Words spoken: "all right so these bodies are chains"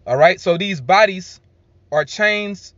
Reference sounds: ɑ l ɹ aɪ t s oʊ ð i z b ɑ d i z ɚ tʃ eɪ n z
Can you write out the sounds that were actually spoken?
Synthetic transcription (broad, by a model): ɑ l ɹ aɪ t s oʊ ð i z b ɑ d i z ɚ tʃ eɪ n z